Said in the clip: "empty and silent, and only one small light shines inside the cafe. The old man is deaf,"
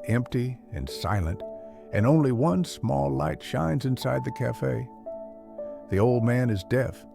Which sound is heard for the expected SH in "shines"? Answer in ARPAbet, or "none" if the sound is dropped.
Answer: SH